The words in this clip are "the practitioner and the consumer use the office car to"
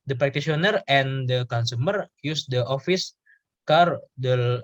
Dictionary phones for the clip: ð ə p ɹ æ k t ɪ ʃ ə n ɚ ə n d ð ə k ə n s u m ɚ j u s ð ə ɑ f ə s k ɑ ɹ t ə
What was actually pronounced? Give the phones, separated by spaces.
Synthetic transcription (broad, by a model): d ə p ɹ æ k t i s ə n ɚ ə n d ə k ə n s u m ɚ j u s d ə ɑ f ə s k ɑ ɹ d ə